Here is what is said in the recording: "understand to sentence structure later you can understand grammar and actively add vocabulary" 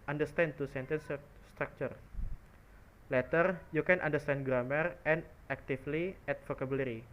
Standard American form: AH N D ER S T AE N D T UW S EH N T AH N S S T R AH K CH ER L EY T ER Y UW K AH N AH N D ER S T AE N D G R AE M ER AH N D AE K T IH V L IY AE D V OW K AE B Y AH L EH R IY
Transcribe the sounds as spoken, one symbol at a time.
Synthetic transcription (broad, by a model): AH N D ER S T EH N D T UW S EH N T AH N S S T R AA K CH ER L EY T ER Y UW K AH N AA N D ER S T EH N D G R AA M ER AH N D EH K T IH F L IY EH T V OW K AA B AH L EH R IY